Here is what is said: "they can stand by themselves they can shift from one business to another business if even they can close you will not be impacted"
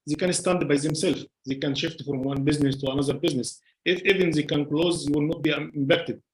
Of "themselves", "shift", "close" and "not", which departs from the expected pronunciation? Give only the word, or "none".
themselves